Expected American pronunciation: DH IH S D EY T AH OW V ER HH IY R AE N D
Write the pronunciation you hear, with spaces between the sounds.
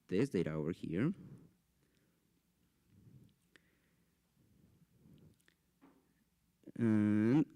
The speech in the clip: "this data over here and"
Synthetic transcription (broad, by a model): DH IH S D EY T AH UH ER HH IY R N